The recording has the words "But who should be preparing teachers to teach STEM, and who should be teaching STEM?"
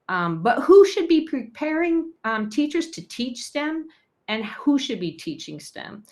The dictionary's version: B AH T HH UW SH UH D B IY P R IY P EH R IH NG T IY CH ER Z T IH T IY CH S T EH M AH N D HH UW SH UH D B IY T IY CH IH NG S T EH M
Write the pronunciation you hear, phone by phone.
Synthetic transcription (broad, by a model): B AH T HH UW SH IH D B IY P R IY P EH R IH NG T IY CH ER Z T IH T IY CH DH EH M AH N HH UW SH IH D B IY T IY CH IH NG S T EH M